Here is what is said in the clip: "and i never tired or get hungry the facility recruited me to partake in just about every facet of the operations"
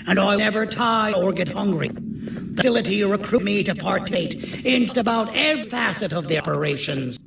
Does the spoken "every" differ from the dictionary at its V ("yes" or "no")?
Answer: yes